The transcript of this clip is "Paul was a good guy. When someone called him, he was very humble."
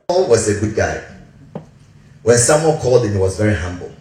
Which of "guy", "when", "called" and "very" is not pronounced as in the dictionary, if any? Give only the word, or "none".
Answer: none